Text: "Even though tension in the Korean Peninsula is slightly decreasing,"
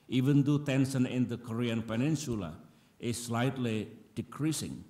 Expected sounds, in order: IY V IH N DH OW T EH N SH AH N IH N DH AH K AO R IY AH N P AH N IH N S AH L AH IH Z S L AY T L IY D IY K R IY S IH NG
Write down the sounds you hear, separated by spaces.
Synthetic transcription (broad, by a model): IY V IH N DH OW T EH N S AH N IH N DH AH K AO R IY AH N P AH N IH N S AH L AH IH S L AY T L IY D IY K R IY S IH NG